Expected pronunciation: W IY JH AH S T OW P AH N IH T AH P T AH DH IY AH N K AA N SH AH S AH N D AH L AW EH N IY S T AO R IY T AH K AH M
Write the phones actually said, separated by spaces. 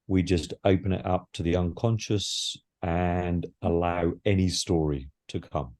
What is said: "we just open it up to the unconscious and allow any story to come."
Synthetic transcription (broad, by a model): W IY JH AH S T OW P AH N IH T AH P T AH DH IY AH N K AA N SH AH S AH N AH L AW EH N IY S T AO R IY T AH K AH M